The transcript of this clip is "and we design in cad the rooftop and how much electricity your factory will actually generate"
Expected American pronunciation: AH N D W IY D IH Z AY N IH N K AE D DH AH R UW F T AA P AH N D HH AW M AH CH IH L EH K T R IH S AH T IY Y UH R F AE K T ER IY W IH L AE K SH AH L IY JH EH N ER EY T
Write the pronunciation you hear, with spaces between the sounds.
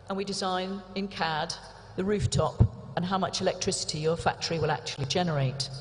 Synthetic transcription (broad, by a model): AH N W IY D IH Z AY N IH N K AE D DH AH R UW F T AA P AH N HH AW M AH CH IH L EH K T R IH S AH T IY Y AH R F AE K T ER IY W IH L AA K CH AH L IY JH EH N ER EY T